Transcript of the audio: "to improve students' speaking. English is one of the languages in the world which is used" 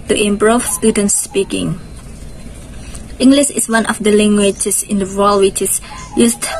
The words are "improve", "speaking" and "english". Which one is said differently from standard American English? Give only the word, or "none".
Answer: improve